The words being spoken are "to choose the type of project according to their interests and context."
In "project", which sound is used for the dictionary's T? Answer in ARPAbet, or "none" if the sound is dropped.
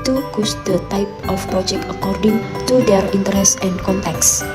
none